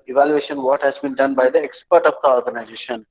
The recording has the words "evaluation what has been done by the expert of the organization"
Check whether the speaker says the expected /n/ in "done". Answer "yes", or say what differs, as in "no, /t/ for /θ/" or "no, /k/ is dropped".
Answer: yes